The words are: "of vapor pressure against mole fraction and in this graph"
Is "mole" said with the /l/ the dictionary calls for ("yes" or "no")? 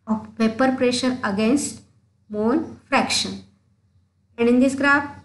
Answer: no